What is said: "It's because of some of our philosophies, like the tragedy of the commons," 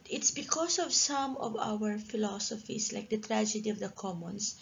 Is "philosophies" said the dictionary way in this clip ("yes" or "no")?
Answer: no